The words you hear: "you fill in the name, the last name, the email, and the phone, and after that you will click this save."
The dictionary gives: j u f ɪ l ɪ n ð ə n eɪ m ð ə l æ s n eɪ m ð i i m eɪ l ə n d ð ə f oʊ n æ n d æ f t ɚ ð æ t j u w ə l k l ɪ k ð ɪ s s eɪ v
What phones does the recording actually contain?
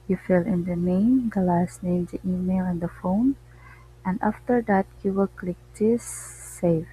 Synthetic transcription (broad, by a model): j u f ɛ l ɪ n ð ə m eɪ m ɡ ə l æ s n eɪ m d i i m eɪ l ə n d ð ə f oʊ n æ n d æ f t ɚ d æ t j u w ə k l ɪ k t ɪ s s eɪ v